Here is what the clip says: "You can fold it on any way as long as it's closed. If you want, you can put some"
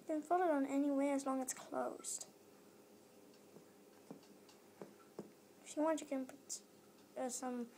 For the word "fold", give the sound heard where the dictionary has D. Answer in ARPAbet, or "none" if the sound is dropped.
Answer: none